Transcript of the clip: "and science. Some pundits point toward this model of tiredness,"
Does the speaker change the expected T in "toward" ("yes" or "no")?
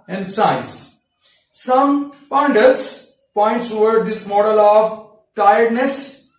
yes